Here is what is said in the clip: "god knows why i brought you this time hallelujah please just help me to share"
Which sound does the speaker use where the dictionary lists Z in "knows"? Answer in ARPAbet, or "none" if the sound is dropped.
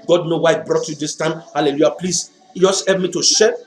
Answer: none